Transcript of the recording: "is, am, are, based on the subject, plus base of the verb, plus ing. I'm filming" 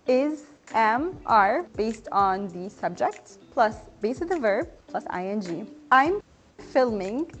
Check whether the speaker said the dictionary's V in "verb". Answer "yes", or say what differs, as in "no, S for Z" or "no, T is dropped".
yes